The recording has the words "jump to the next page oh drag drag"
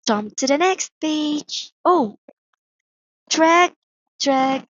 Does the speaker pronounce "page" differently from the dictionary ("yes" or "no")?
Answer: yes